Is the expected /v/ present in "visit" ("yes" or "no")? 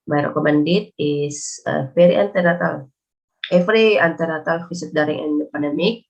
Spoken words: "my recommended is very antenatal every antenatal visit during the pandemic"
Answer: no